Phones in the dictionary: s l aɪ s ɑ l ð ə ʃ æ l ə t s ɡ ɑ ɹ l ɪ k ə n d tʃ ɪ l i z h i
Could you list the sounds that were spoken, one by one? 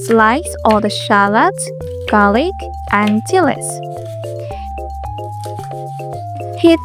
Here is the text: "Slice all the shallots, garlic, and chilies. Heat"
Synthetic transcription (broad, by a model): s l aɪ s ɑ ð ə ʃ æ l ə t ɡ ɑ l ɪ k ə n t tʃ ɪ l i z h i